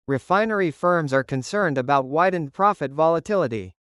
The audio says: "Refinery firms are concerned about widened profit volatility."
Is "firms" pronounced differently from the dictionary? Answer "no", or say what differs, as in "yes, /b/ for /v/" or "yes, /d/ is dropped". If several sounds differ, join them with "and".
no